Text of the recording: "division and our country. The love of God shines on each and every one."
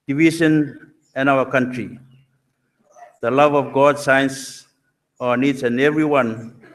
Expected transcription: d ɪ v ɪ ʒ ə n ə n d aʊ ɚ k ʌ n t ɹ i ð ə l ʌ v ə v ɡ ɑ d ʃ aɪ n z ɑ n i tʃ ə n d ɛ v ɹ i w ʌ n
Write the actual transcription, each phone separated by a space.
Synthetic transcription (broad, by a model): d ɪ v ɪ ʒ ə n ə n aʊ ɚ k ʌ n t ɹ i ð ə l ʌ v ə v ɡ ɑ d s aɪ n s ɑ n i s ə n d ɛ v ɹ i w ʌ n